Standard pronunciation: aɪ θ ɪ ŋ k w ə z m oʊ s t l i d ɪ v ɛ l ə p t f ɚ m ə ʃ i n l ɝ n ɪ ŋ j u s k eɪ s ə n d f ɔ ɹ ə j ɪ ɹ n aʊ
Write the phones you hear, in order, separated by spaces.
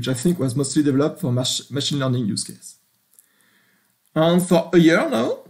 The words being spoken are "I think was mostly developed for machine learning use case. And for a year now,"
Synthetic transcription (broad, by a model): aɪ θ ɪ ŋ k w ə z m oʊ s t l i d ɪ v ɛ l ə p t f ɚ m ə ʃ i n l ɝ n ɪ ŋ j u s k eɪ s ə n f ɔ ɹ ə j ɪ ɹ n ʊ